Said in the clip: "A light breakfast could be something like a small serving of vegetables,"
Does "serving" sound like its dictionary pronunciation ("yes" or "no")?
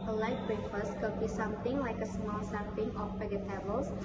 no